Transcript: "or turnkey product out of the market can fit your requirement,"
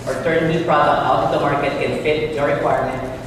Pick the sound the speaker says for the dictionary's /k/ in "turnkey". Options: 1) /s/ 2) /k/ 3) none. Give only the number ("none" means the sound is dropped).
3